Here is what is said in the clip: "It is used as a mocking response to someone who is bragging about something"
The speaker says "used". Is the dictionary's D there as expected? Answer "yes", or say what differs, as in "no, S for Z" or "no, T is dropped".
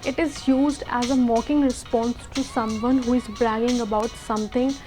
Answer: yes